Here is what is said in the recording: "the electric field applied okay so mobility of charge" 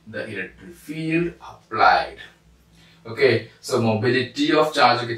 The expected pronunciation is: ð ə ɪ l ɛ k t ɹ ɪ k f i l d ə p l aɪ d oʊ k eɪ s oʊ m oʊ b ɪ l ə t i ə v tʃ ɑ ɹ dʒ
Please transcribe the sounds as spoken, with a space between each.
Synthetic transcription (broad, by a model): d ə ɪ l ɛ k t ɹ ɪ f i l d ə p l aɪ d oʊ k eɪ s oʊ m oʊ b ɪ l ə t i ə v tʃ ɑ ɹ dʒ